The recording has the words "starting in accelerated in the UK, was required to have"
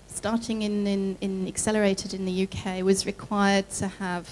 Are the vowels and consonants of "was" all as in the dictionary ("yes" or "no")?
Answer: yes